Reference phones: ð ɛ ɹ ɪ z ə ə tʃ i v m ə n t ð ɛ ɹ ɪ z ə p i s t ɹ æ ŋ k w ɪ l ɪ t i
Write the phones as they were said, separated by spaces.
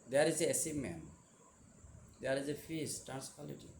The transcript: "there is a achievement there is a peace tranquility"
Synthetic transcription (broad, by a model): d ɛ ɹ ɪ z ə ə s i m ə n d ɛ ɹ ɪ z ə f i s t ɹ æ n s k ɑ l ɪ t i